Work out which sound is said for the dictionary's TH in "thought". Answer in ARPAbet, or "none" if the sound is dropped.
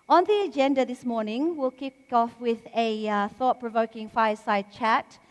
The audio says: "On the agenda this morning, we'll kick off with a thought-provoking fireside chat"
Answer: TH